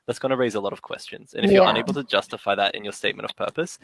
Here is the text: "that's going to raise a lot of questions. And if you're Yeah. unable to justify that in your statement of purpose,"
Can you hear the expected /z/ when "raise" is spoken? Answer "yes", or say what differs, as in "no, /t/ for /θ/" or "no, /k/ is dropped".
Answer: yes